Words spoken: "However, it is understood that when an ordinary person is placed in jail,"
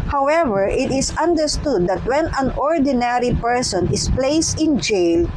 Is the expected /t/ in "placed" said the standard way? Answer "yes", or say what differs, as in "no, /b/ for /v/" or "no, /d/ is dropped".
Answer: yes